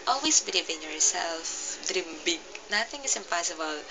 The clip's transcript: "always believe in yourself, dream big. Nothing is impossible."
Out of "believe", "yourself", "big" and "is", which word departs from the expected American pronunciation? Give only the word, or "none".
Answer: is